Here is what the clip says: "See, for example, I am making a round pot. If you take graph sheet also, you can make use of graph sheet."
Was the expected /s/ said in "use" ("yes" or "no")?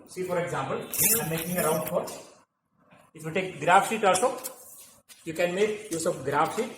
yes